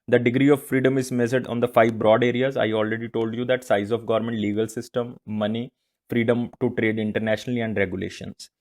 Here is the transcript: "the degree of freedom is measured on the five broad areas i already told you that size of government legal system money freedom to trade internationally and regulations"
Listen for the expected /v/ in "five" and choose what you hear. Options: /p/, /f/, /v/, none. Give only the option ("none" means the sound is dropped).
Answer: /v/